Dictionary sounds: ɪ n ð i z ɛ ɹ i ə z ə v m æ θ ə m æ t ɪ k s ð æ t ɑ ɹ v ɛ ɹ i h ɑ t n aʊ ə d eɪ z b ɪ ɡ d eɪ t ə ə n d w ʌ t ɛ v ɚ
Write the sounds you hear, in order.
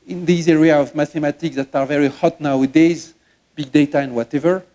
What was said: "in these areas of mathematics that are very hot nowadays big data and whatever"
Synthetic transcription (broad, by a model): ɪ n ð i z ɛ ɹ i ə ə v m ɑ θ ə m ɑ t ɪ k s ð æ t ɑ ɹ v ɛ ɹ i h ɑ t n aʊ ə d eɪ z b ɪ ɡ d eɪ t ə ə n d w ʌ t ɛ v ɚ